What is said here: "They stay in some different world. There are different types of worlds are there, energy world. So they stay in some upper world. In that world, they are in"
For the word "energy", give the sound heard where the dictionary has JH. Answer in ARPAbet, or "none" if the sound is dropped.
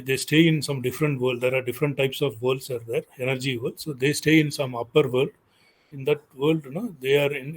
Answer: JH